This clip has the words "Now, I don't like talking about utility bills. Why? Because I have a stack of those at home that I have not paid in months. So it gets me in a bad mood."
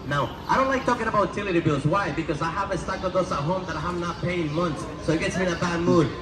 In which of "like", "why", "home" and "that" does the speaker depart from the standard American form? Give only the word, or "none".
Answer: none